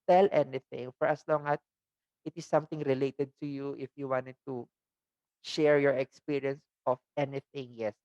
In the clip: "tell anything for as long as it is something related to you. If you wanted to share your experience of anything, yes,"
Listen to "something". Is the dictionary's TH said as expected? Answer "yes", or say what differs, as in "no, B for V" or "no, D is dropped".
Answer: no, T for TH